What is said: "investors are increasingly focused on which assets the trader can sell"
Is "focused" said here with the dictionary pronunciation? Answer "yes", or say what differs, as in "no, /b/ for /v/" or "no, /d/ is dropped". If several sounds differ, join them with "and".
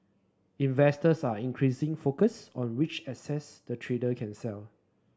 no, /t/ is dropped